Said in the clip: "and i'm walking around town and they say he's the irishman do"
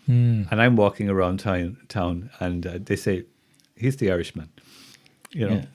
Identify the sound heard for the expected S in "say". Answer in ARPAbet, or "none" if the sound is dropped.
S